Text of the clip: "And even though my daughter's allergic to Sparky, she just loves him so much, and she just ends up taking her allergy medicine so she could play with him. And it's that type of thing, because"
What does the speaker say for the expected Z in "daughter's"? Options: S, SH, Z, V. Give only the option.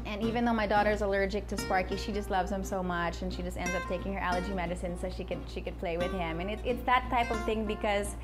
Z